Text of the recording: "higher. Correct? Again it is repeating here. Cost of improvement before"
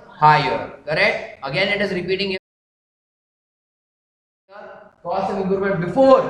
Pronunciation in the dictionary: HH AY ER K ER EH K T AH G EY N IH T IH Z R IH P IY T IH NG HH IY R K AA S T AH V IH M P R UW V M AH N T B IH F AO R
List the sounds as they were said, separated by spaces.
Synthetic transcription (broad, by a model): HH AY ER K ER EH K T AH G EY N IH T IH Z R IH P IY T IH NG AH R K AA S AH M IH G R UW M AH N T B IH F AO R